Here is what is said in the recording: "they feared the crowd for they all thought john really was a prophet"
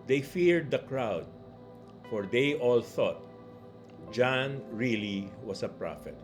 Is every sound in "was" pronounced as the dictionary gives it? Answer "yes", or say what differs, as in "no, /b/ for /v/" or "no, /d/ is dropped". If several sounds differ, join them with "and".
no, /s/ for /z/